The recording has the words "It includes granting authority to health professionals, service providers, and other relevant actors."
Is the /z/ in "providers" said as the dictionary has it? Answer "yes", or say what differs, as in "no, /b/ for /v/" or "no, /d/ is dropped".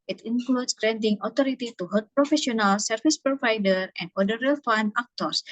no, /z/ is dropped